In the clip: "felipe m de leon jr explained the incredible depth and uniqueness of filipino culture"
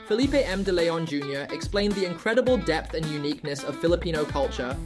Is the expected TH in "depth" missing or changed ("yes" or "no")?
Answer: no